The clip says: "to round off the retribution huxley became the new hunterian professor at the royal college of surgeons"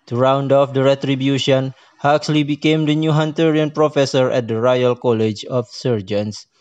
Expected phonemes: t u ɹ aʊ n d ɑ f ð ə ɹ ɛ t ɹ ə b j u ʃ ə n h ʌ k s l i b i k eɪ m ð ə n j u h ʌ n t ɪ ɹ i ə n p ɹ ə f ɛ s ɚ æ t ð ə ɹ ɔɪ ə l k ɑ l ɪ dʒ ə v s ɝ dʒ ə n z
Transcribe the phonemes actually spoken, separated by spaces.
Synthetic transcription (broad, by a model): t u ɹ aʊ n d ɑ f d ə ɹ ɛ t ɹ ə b j u ʃ ə n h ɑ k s l i b i k eɪ m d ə n j u h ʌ n t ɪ ɹ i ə n p ɹ ə f ɛ s ɚ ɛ t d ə ɹ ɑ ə l k ɑ l ɪ dʒ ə f s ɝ dʒ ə n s